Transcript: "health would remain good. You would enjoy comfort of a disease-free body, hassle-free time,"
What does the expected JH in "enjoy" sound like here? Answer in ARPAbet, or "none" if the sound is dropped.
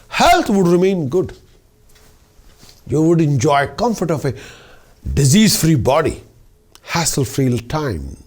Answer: JH